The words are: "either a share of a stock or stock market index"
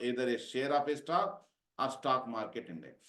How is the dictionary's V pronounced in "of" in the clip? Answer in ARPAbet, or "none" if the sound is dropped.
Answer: P